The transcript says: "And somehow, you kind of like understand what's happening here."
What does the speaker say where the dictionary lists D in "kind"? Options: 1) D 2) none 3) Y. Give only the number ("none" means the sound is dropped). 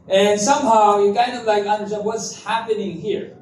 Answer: 1